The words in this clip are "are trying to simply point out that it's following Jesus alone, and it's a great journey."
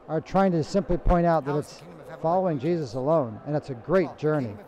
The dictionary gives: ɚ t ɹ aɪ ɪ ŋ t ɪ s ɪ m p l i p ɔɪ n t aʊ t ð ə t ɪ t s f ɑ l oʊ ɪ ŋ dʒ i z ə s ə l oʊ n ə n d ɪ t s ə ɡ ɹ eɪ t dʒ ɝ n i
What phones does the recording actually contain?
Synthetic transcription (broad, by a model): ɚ t ɹ aɪ ɪ ŋ t ɪ s ɪ m p l i p ɔɪ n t aʊ t ð ə t ɪ t s f ɑ l oʊ ɪ ŋ dʒ i z ə s ə l oʊ n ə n ɪ t s ə ɡ ɹ eɪ t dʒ ɝ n i